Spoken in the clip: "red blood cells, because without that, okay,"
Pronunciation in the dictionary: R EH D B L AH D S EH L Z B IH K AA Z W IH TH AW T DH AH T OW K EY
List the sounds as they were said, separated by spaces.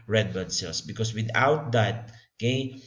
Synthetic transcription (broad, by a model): R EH D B AH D S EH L S B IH K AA S W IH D AW T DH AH T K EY